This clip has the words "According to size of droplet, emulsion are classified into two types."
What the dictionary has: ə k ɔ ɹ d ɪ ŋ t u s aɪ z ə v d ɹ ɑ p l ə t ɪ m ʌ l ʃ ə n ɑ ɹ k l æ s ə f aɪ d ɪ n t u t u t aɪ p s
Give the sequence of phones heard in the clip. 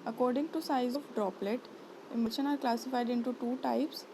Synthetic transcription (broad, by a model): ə k ɔ ɹ d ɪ ŋ t u s aɪ z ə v d ɹ ɑ p l ə t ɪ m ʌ ʃ ə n ɑ ɹ k l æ s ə f aɪ d ɪ n t u t u t aɪ p s